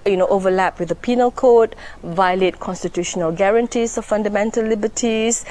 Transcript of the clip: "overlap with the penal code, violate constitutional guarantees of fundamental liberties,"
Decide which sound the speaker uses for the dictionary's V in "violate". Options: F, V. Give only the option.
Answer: V